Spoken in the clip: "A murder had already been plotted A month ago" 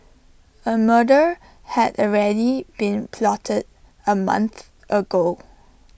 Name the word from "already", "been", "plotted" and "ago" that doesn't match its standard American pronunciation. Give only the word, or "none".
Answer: none